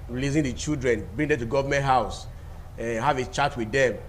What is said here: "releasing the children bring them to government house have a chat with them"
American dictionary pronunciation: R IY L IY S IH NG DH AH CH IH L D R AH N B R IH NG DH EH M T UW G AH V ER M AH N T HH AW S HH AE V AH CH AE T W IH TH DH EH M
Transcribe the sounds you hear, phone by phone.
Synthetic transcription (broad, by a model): R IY L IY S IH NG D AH CH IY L D R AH N B IY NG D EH T UW G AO V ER M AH N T HH AW S HH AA V AH CH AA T W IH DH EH M